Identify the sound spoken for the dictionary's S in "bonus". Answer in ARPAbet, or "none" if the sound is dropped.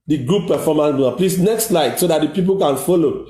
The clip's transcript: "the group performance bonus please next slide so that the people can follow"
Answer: none